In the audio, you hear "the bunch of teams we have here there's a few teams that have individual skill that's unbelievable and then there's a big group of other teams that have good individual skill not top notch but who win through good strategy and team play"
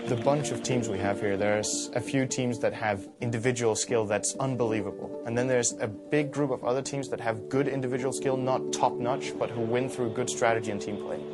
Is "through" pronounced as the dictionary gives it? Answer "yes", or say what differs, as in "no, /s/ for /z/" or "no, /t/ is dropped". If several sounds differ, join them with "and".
yes